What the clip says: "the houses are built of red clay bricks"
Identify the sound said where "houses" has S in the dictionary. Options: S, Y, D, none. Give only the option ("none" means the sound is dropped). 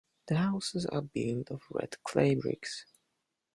S